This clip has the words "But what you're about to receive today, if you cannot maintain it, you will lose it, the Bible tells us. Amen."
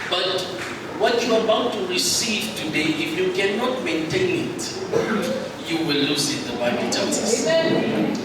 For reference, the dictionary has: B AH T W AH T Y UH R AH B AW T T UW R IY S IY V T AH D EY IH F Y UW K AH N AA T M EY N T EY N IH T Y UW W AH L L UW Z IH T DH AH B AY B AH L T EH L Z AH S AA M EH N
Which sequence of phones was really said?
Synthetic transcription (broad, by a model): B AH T W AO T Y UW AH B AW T T UW R IY S IY V T AH D EY IH F Y UW K AH N AA T M EY N T EY N IH T Y UW W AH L L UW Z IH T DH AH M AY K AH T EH Z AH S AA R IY